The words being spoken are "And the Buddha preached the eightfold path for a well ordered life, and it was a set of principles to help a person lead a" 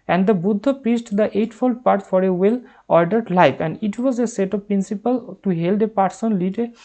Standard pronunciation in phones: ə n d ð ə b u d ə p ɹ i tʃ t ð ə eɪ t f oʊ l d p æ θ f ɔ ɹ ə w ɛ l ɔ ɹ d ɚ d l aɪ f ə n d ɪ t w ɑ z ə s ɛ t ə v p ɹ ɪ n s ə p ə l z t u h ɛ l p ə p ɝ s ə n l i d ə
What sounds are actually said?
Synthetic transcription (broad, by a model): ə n d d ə b u d ə p ɹ i s t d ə eɪ t f oʊ l d p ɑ t f ɔ ɹ ə w ɛ l ɔ ɹ d ɚ d l aɪ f ə n d ɪ t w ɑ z ə s ɛ t ə v p ɹ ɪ n s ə p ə l t u h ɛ l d ə p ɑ s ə n l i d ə